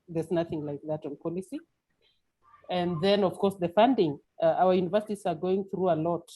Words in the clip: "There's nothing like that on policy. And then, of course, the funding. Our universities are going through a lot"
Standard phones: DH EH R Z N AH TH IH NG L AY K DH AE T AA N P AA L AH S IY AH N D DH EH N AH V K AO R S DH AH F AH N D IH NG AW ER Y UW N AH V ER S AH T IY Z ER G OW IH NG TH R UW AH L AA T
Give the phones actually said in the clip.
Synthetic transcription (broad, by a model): DH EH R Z N AH TH IH NG L AY K DH AE T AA N P AA L AH S IY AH N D DH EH N AH V K AO R S DH AH F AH N D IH NG AW ER Y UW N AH V ER S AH T IY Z ER G OW IH NG TH R UW AH L AA T